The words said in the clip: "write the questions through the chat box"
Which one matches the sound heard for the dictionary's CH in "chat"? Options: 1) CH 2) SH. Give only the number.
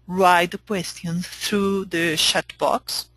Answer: 2